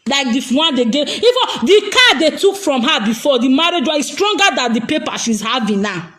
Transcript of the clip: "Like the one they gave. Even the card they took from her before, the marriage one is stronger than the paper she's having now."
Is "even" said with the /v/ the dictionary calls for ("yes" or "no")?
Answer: no